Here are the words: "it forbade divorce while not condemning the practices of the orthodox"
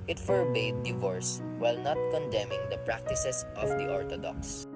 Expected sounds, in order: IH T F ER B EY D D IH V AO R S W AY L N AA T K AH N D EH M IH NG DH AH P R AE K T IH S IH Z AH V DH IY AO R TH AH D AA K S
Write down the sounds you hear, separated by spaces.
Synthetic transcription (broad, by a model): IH T F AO B EY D D IH V AO R S W AY L N AA T K AH N D EH M IH NG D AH P R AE K T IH S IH S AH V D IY AO R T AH D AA K S